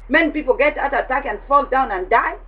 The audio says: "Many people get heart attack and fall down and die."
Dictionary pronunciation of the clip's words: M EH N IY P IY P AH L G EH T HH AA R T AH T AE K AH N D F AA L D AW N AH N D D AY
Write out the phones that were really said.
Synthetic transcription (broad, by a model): M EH N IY P IY P AH L G EH T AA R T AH T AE K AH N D F AA L D AW N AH N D D AY